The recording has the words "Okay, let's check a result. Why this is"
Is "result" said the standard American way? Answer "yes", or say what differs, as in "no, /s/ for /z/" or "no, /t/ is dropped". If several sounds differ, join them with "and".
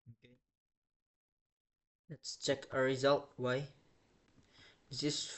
yes